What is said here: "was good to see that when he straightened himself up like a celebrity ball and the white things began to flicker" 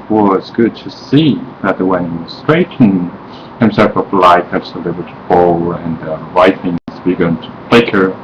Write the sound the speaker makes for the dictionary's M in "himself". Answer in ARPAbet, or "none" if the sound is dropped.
M